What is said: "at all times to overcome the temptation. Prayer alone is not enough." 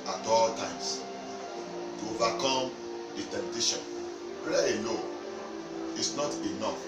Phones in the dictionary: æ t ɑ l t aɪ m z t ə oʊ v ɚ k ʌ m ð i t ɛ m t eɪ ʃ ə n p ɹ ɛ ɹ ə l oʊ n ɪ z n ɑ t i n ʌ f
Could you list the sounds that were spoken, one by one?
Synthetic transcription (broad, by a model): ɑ t ɑ l t aɪ m s t ə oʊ v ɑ k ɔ m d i t ɛ m t eɪ ʃ ə n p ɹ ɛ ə n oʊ ɪ s n ɑ t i n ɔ f